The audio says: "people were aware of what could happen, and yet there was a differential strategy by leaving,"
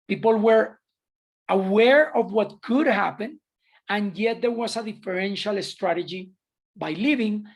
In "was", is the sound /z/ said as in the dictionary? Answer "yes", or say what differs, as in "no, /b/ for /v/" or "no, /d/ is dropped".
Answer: no, /s/ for /z/